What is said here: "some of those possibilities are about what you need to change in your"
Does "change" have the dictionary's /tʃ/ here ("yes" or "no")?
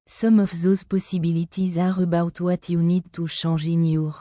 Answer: no